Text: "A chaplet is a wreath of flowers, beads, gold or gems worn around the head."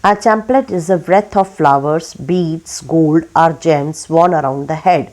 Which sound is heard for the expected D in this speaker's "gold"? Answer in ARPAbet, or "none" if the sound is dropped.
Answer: D